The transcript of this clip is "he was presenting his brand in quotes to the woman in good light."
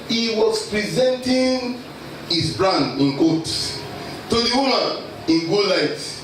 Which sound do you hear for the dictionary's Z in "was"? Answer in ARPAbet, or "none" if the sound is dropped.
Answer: S